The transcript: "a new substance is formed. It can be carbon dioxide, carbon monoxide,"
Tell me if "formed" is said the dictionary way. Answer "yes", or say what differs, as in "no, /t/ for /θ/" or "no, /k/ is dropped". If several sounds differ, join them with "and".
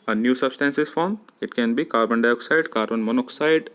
no, /d/ is dropped